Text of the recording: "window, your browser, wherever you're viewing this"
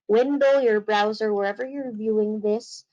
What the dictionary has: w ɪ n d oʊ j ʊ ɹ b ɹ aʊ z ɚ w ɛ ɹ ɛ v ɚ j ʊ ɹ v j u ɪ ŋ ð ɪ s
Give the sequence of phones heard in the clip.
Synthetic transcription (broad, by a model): w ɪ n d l j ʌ ɹ b ɹ aʊ z ɚ w ɛ ɹ ɛ v ɚ j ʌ ɹ v j u ɪ ŋ ð ɪ s